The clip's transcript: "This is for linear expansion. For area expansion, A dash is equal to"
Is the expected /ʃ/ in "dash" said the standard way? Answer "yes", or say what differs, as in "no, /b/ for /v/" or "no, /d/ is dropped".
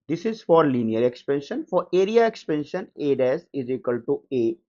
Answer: no, /s/ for /ʃ/